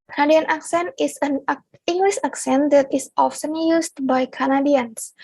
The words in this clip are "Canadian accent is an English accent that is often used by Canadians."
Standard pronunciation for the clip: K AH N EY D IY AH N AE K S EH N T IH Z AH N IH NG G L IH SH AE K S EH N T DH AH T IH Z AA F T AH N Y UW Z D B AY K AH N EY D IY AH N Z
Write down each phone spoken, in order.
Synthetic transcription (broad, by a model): K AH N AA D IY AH N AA K S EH N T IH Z AH N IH NG G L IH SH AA K S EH N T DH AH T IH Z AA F S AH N Y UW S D B AY K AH N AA D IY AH N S